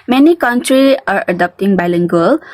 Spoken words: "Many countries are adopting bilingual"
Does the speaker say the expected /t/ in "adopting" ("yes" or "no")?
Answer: yes